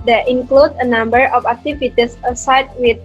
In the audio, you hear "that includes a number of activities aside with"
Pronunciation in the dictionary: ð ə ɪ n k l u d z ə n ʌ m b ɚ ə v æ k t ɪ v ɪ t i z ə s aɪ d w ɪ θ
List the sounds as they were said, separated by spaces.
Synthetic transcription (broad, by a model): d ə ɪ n k l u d ə n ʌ m b ɚ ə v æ k t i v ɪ t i s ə s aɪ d w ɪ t